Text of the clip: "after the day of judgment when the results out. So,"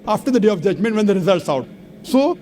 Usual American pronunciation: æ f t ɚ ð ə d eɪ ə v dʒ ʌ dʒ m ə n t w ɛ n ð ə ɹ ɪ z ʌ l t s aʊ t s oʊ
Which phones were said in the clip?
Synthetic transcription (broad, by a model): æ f t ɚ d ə d eɪ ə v dʒ ʌ dʒ m ə n t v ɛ n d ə ɹ ɪ z ʌ l t s aʊ t s oʊ